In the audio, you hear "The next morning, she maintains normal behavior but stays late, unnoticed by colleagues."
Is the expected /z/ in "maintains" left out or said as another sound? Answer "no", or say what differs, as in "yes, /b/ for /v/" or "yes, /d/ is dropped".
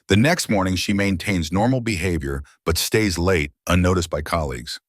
no